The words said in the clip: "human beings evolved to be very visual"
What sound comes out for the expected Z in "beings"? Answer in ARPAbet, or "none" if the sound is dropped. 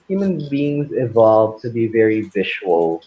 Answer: Z